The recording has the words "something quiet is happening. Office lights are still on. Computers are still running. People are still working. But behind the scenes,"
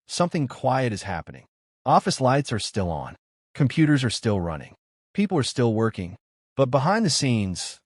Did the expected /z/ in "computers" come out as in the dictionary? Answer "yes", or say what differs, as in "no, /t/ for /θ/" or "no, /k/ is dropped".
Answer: yes